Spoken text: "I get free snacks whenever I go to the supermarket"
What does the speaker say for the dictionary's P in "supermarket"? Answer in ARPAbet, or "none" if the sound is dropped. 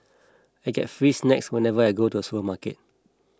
none